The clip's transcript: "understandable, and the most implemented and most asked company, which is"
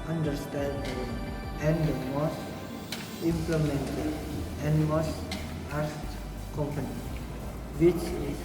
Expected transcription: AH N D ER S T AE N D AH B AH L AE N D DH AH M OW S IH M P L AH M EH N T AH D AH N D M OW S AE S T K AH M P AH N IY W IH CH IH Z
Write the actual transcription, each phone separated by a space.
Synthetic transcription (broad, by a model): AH N D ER S T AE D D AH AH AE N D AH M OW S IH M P L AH M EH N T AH AH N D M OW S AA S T K AH M P AH N IY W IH CH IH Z